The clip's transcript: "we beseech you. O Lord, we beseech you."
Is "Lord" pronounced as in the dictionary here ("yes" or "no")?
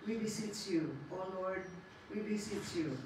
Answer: no